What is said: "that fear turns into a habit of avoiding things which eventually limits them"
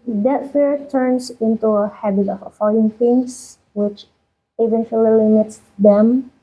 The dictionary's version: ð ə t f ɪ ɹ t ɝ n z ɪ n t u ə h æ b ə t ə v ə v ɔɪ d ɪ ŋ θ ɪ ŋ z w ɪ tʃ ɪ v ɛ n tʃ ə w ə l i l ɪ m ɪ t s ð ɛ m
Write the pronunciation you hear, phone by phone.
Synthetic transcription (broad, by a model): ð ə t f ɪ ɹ t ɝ n s ɪ n t u ə h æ b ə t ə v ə f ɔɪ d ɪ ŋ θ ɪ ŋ s w ɪ tʃ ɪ v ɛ n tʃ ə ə l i l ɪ m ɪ t s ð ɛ m